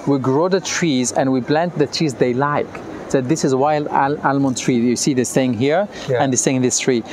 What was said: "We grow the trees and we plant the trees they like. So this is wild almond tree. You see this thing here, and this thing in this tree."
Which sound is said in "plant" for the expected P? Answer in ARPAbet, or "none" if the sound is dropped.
B